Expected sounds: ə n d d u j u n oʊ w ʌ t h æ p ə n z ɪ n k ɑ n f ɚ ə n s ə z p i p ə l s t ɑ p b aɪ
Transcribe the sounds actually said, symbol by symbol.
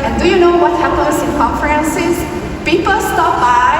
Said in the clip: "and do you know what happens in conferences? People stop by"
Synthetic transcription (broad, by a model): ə n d d u j u n oʊ w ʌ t h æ p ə n s ɪ n k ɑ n f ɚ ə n s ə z p i p ə l s t ɑ p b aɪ